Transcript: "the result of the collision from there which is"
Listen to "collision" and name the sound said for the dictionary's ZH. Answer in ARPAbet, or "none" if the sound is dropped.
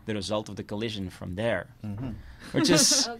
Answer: ZH